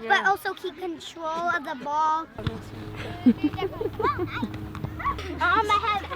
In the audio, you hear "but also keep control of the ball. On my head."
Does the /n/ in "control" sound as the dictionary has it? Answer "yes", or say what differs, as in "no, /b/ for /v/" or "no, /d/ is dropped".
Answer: yes